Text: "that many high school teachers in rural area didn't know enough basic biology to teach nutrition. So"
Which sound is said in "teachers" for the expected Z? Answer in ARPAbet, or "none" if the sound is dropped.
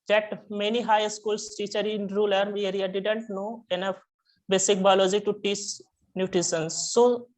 none